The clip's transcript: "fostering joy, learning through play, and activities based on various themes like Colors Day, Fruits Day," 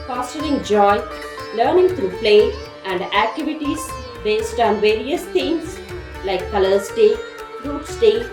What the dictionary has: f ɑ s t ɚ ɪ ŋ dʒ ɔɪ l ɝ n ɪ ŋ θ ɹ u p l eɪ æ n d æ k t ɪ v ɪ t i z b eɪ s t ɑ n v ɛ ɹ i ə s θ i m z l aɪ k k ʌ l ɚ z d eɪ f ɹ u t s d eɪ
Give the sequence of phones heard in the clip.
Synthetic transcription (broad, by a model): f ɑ s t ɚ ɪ ŋ dʒ ɔɪ l ɝ n ɪ ŋ t ɹ u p l eɪ æ n d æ k t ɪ v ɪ t i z b eɪ s t ɑ n v ɛ ɹ i ə s t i m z l aɪ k k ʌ l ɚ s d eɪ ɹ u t s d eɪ